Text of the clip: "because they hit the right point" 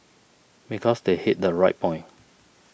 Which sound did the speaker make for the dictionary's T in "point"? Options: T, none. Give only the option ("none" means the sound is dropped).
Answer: none